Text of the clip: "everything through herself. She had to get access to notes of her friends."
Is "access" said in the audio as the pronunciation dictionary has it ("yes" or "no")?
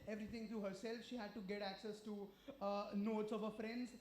yes